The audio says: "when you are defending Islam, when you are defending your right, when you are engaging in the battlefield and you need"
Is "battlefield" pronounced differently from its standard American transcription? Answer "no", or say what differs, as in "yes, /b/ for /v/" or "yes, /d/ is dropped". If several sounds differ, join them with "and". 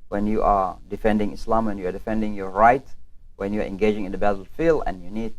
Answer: yes, /d/ is dropped